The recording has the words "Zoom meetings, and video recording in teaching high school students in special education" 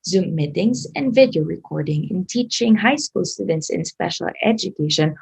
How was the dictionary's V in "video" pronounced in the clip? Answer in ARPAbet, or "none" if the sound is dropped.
V